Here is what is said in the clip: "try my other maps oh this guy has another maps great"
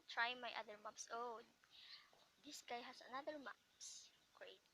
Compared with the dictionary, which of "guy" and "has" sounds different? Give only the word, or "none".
has